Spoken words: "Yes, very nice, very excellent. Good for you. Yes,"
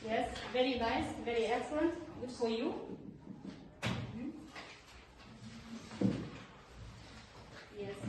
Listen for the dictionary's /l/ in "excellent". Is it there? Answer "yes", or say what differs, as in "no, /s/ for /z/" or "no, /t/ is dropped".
no, /l/ is dropped